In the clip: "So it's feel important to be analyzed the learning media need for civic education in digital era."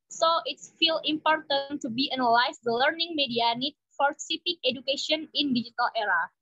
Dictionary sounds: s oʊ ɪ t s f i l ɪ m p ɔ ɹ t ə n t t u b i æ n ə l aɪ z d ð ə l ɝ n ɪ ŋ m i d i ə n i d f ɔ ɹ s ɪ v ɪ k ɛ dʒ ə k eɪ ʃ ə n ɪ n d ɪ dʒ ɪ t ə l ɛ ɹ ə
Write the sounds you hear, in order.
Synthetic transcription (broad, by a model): s oʊ ɪ t s f i l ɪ m p ɔ ɹ t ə n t t u b i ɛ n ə l aɪ s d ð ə l ɝ n ɪ ŋ m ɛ d i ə n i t f ɔ ɹ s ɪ p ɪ k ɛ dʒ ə k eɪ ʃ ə n ɪ n d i dʒ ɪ t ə l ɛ ɹ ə